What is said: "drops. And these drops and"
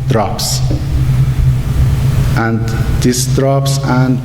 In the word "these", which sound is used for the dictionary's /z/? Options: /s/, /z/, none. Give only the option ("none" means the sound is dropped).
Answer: /s/